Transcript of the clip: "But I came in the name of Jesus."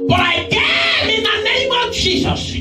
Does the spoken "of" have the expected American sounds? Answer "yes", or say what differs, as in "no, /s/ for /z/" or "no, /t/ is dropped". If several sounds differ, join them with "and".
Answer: yes